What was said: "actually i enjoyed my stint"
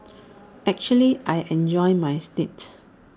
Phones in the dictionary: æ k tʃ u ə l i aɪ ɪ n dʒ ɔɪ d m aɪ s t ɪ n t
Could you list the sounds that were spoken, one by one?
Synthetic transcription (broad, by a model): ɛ k tʃ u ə l i aɪ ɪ n dʒ ɔɪ m aɪ s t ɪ t